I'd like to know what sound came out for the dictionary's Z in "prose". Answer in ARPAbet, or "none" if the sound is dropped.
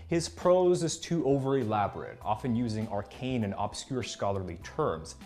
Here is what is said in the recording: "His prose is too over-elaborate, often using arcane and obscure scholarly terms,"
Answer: Z